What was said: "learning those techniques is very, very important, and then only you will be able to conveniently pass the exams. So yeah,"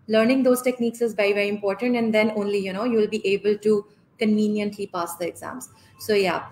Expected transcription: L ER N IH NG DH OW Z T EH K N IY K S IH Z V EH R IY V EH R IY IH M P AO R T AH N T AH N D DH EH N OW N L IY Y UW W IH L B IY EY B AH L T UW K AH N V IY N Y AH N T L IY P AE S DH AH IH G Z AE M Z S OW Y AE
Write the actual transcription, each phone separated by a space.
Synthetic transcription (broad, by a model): L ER N IH NG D OW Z T EH K N IY K S IH Z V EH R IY V EH R IY IH M P AO R T AH N T AH N D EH N OW N L IY Y UW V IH L B IY EY B AH L T UW K AH N V IY N Y AH N T L IY P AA S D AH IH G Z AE M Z S OW Y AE